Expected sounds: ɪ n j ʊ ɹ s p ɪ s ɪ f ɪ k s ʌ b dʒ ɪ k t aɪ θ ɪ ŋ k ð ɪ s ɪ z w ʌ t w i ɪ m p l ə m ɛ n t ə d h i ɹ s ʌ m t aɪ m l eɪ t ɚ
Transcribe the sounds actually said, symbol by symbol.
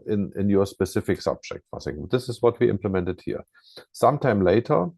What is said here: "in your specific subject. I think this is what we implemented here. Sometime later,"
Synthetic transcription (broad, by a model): ɪ n j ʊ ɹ s p ɪ s ɪ f ɪ k s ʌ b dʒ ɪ k t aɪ s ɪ ŋ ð ɪ s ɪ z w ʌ t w i ɪ m p l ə m ɛ n t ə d h i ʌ s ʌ m t aɪ m l eɪ t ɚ